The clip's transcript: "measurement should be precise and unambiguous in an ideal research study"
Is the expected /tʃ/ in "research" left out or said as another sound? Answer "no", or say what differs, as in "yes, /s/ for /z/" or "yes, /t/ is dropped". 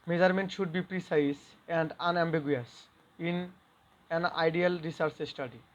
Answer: yes, /s/ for /tʃ/